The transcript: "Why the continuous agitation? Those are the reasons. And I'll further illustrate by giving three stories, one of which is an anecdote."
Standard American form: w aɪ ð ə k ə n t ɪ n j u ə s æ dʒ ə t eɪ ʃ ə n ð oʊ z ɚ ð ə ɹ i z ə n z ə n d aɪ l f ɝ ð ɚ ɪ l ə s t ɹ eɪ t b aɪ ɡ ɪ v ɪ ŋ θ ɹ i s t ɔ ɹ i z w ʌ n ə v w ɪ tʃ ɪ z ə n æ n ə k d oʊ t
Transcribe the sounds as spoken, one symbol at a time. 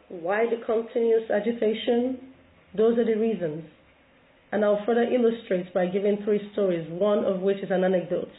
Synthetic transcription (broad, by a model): w aɪ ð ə k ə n t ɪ n j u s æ dʒ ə t eɪ ʃ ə n ð oʊ z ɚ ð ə ɹ i z ə n z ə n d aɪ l f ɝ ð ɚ ɪ l ə s t ɹ eɪ t b aɪ ɡ ɪ v ɪ ŋ θ ɹ i s t ɔ ɹ i z w ʌ n ə v w ɪ tʃ ɪ z ə n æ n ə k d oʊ t